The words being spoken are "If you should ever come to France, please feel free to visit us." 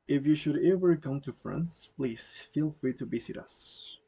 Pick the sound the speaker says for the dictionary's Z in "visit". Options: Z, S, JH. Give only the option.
S